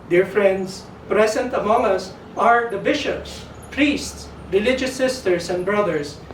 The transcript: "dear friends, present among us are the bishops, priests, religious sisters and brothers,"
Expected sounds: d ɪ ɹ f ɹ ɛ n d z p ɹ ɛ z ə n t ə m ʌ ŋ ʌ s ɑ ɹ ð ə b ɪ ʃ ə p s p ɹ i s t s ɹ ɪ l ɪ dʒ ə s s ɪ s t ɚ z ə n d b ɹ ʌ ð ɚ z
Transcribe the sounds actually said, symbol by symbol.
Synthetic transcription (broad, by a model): d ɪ ɹ f ɹ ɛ n d s p ɹ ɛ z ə n t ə m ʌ ŋ ʌ s ɑ ɹ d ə b ɪ ʃ ə p s p ɹ i s t s ɹ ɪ l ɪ dʒ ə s s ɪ s t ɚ s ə n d b ɹ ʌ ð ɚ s